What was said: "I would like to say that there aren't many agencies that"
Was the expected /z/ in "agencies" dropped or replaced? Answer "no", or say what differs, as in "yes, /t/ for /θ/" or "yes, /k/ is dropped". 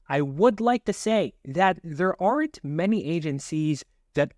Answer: no